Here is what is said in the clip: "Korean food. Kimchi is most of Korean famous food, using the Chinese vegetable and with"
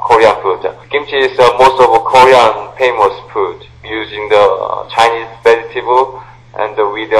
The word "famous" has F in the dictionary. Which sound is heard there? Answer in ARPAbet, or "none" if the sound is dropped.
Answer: P